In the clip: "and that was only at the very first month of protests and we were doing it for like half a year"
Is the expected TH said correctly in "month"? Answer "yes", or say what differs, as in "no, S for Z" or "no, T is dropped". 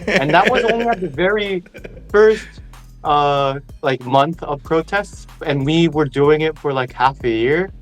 yes